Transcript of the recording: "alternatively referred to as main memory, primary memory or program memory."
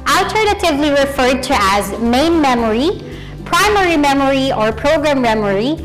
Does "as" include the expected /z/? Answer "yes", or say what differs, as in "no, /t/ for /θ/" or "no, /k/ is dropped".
yes